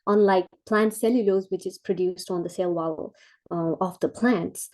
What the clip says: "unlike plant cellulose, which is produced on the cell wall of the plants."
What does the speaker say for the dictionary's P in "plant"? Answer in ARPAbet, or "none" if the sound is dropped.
P